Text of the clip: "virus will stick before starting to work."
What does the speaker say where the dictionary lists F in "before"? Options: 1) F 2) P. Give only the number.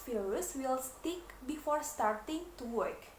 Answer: 1